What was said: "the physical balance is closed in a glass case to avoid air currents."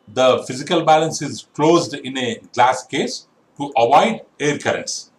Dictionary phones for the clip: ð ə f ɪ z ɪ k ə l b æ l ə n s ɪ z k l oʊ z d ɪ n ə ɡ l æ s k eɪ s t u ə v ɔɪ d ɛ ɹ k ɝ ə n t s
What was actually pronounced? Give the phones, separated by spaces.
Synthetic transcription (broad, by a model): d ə f ɪ z ɪ k ə l b æ l ə n s ɪ z k l oʊ z d ɪ n ə ɡ l æ s k eɪ s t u ə v ɔɪ d ɛ ɹ k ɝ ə n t s